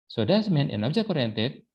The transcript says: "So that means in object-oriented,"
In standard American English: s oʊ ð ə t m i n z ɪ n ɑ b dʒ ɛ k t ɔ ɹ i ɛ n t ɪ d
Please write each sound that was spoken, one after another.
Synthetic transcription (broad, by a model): s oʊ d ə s m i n ɪ n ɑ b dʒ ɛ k ɔ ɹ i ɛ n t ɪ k